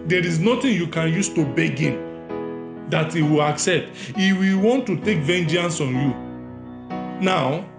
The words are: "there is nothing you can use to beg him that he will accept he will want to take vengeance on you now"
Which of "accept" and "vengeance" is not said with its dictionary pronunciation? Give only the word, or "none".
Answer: none